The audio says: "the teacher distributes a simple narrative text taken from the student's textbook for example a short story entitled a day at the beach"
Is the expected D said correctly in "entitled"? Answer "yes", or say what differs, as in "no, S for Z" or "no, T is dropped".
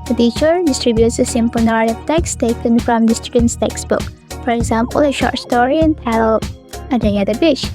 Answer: no, D is dropped